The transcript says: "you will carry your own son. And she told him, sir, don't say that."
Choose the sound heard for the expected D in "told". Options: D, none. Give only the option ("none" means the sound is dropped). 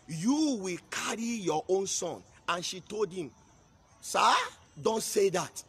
D